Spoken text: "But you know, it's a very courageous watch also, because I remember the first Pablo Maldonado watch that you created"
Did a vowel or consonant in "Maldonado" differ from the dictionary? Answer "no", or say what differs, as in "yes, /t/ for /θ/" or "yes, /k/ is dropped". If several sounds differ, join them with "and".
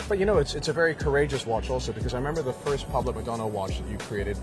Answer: yes, /l/ is dropped